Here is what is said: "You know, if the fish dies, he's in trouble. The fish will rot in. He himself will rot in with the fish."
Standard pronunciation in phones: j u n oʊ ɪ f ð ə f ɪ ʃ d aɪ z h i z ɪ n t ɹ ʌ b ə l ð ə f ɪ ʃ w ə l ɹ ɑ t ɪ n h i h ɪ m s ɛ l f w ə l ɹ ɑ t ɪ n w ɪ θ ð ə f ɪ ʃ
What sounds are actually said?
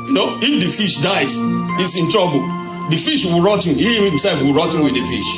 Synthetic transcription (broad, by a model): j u n oʊ ɪ f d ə f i ʃ d aɪ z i s ɪ n t ɹ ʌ b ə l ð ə f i ʃ w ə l ɹ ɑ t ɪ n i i h ɪ m s ɛ l f w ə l ɹ ɑ t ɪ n w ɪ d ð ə f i ʃ